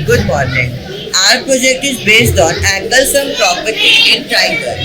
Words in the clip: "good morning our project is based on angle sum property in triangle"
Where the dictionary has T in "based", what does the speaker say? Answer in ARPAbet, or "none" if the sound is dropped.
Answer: T